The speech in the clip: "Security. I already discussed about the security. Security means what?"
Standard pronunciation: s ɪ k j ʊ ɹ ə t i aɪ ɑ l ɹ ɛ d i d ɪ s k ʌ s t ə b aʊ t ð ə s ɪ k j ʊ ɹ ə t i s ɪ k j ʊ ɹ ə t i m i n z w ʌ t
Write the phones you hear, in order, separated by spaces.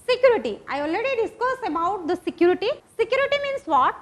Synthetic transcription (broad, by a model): s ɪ k j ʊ ɹ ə t i aɪ ɑ l ɹ ɛ d i d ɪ s k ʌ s ə b aʊ t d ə s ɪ k j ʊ ɹ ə t i s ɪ k j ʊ ɹ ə t i m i n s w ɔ t